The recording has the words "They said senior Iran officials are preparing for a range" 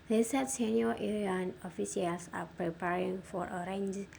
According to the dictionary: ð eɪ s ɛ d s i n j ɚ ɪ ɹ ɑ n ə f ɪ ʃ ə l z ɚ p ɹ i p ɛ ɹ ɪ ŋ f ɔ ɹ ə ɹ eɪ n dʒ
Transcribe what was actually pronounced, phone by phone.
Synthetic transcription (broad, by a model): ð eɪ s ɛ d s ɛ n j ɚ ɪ ɑ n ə f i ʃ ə l s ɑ p ɹ i p ɛ ɹ ɪ ŋ f ɔ ɹ ə ɹ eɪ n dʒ